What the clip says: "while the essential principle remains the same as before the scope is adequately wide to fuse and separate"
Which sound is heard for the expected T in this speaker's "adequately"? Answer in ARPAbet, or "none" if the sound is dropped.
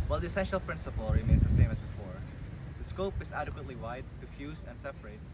T